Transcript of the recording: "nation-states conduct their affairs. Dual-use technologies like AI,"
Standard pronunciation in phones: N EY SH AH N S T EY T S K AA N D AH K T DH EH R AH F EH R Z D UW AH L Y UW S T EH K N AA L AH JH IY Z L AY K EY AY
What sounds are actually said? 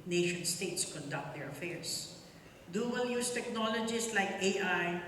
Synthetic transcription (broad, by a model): N EY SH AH N S T EY T S K AA N D AH K T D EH R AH F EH R S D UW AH L Y UW S T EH K N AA L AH JH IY S L AY K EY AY